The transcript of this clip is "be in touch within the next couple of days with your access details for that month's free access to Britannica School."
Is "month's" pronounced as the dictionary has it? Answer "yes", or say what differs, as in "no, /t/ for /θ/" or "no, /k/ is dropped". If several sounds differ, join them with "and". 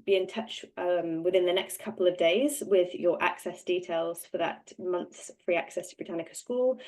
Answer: yes